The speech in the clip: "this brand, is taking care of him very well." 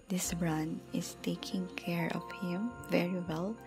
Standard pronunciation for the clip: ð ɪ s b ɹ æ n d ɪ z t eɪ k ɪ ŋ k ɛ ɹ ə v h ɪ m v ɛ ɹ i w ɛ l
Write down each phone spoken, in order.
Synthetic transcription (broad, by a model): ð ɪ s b ɹ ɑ n ɪ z t eɪ k ɪ ŋ k ɛ ɹ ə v h ɪ m v ɛ ɹ i w ɛ l